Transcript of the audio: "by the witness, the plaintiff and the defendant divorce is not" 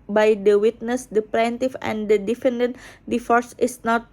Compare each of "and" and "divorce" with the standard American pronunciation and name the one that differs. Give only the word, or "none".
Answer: divorce